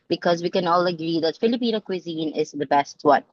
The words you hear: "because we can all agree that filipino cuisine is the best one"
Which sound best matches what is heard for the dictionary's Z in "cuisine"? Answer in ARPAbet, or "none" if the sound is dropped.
Z